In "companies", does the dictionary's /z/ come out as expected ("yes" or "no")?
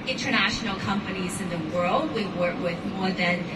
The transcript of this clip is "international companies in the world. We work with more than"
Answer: yes